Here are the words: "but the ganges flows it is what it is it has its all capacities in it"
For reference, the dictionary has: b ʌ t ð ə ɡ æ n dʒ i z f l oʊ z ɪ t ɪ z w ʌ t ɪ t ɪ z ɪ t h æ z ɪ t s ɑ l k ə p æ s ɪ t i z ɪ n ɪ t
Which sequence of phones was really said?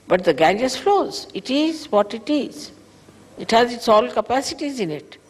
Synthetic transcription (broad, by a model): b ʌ t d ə ɡ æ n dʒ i s f l oʊ z ɪ t ɪ z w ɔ t ɪ t ɪ z ɪ t h æ z ɪ t s ɑ l k ə p æ s ɪ t i z ɪ n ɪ t